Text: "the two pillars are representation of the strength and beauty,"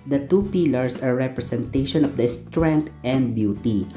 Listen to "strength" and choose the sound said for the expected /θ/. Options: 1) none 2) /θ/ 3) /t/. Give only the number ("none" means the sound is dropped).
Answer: 3